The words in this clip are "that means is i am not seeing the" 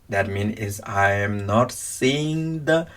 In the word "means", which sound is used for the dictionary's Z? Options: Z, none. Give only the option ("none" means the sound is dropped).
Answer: none